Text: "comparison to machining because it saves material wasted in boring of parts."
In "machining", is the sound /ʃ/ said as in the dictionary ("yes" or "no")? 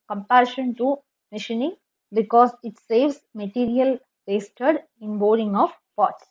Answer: yes